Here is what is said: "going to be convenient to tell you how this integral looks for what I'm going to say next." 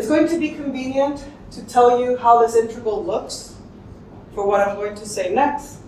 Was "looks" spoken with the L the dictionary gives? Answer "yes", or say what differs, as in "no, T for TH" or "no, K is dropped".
yes